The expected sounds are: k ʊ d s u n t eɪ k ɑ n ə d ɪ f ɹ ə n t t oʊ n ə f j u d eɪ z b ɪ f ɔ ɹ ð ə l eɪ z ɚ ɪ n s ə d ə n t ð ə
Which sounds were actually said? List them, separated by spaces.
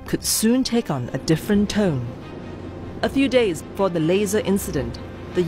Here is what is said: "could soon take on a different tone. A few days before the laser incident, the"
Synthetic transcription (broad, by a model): k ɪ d s u n t eɪ k n ə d ɪ f ɹ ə n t t oʊ n ə f j u d eɪ z b ɪ f ɔ ɹ ð ə l eɪ z ɚ ɪ n s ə d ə n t ð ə